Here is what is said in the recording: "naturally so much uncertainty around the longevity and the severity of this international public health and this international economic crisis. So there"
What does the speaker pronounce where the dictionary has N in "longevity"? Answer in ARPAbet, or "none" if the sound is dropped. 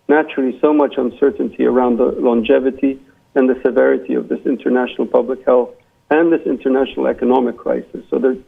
N